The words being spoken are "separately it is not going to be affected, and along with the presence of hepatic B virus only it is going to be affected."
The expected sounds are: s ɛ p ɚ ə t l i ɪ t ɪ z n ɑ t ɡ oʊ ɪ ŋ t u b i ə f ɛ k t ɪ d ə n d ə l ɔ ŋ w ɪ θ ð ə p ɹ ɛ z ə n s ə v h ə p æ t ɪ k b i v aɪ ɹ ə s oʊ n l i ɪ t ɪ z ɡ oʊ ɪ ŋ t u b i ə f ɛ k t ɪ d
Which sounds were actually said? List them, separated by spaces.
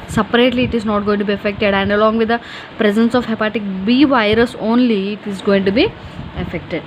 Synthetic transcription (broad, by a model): s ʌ p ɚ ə t l i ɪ t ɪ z n ɑ t ɡ oʊ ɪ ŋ t u b i ə f ɛ k t ɪ d ə n d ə l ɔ ŋ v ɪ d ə p ɹ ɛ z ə n s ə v h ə p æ t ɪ k b i v aɪ ɹ ə s oʊ n l i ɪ t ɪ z ɡ oʊ ɪ ŋ t u b i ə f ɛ k t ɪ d